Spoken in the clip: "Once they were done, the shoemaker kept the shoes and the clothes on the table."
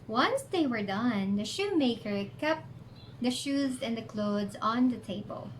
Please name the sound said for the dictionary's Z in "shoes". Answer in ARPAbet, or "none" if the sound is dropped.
Z